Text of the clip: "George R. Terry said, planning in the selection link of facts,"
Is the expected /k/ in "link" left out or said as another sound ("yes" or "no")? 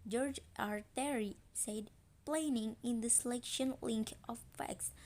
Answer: no